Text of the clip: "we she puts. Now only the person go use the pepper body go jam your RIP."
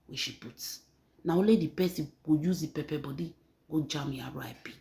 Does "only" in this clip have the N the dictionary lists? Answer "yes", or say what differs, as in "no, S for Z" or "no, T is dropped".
no, N is dropped